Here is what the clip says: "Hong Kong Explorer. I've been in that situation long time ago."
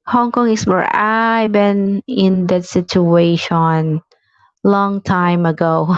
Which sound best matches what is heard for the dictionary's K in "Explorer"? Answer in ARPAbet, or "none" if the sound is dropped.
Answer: none